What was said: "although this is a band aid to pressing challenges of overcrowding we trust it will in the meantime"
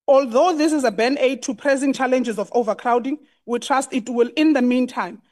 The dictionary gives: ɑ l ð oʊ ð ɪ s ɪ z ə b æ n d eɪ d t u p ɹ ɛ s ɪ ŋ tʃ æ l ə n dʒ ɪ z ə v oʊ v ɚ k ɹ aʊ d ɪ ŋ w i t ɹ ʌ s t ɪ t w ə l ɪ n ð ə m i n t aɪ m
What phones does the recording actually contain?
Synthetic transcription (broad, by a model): ɑ l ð oʊ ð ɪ s ɪ z ə b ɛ n eɪ d t u p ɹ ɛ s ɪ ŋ tʃ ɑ l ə n dʒ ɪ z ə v oʊ v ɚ k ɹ aʊ d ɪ ŋ w i t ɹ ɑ s t ɪ t w ə l ɪ n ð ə m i n t aɪ m